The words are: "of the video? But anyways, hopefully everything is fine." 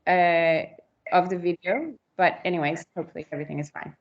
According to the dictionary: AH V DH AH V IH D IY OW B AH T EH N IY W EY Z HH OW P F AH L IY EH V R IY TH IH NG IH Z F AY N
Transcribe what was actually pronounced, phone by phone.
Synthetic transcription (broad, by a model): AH V DH AH V IH D IY OW B AH T EH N IY W EY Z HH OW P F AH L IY EH V R IY TH IH NG IH Z F AY N